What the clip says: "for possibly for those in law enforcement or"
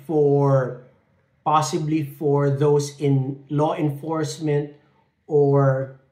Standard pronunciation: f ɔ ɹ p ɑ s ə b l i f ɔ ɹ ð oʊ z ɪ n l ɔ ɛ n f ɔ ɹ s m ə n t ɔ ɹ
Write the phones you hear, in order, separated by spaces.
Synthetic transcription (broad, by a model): f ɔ ɹ p ɑ s ə b l i f ɔ ɹ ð oʊ s ɪ n l ɔ ɛ n f ɔ ɹ s m ə n t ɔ ɹ